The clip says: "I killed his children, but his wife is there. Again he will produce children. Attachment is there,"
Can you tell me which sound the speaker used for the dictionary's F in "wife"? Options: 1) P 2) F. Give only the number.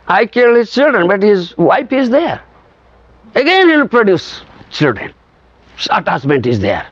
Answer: 1